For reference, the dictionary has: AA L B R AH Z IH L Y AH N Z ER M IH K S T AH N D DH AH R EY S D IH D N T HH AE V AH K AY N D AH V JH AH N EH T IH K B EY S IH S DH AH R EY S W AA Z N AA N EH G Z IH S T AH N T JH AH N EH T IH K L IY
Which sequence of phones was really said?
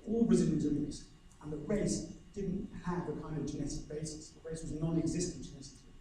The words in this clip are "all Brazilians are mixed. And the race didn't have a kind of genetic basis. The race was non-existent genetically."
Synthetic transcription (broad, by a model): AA L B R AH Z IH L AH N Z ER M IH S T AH N DH AH R EY S D IH D N T HH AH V AH K AY N D AH V JH AH N EH T IH K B EY S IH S DH AH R EY S W AA Z N AA N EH G Z IH S T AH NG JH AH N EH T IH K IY